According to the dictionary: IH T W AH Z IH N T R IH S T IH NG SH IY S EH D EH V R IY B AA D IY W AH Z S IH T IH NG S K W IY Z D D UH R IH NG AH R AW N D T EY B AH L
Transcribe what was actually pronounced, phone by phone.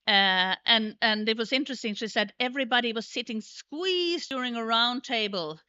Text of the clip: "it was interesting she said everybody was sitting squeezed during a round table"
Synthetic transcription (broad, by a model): IH T W AH Z IH N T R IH S T IH NG SH IY S EH D EH V R IY B AA D IY W AH Z S IH T IH NG S K W IY Z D D UH R IH NG AH R AW N T EY B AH L